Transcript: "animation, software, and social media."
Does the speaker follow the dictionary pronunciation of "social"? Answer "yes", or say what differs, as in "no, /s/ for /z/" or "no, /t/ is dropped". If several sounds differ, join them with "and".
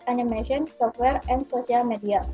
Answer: no, /s/ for /ʃ/